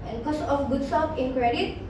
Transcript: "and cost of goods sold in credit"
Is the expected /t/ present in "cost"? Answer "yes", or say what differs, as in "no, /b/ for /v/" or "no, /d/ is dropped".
no, /t/ is dropped